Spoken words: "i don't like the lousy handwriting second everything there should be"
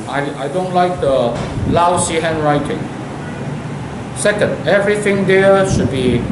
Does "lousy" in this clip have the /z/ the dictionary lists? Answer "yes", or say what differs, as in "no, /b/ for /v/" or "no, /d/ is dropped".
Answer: no, /s/ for /z/